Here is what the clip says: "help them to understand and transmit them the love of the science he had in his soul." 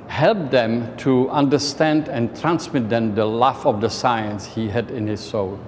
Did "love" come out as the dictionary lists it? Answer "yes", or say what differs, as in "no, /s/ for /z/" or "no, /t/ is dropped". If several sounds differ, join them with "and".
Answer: no, /f/ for /v/